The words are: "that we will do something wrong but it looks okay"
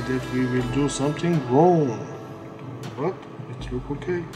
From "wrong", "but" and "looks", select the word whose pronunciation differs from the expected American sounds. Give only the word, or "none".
looks